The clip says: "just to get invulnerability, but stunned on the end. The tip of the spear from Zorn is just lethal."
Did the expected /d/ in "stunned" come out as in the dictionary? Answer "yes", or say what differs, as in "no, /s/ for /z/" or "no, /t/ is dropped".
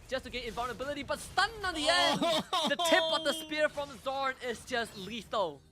no, /d/ is dropped